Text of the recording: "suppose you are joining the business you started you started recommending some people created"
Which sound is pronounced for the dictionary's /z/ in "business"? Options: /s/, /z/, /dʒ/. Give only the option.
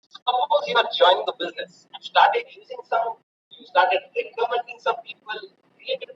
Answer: /z/